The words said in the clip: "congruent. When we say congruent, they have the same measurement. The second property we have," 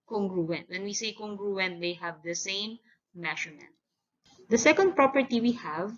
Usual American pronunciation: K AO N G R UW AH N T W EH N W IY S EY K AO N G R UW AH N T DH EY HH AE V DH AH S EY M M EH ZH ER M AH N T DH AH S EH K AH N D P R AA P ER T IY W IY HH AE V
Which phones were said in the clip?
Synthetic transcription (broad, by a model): K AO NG G R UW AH N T W EH N W IY S EY K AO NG G R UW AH N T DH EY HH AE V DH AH S EY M M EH SH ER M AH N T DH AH S EH K AH N D P R AA P ER T IY W IY HH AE V